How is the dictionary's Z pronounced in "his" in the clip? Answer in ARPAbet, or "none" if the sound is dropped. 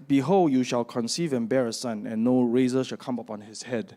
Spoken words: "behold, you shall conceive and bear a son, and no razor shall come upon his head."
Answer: S